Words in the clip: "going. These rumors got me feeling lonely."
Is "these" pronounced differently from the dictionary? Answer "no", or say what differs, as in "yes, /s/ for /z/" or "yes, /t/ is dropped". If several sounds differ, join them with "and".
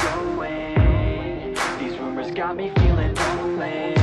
no